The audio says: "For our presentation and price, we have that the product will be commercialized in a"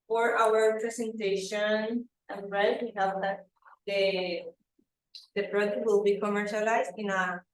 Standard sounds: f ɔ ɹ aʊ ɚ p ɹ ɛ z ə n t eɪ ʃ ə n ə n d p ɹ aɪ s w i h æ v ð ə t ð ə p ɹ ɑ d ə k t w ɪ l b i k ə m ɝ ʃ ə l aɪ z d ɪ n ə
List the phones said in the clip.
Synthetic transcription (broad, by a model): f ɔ ɹ aʊ ɚ p ɹ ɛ s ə n t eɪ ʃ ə n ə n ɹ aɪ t w i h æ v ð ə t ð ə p ɹ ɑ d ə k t w ɪ l b i k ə m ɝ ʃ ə l aɪ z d ɪ n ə